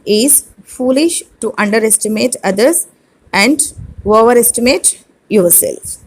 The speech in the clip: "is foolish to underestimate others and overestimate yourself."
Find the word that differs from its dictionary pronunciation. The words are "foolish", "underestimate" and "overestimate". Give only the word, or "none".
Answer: none